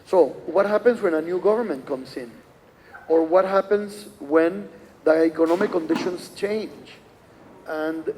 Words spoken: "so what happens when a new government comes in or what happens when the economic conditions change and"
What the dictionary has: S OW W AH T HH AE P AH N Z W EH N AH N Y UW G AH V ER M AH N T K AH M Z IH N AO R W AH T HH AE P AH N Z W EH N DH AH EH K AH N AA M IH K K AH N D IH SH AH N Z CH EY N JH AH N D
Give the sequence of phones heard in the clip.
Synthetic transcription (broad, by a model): S OW W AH T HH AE P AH N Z W EH N AH N Y UW G AH V ER M AH N T K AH M S IH N AO R W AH T HH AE P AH N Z W EH N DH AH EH K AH N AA M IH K K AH N D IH SH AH N S CH EY N JH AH N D